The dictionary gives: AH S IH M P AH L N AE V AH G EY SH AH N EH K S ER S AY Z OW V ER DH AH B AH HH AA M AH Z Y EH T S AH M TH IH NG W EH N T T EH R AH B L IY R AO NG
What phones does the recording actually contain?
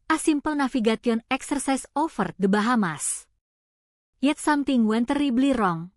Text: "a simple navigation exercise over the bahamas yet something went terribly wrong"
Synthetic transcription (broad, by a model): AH S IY M P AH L N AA F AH G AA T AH N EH K S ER S AY S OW F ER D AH B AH HH AA M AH S Y EH T S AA M T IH NG W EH N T T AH R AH B L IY R AO NG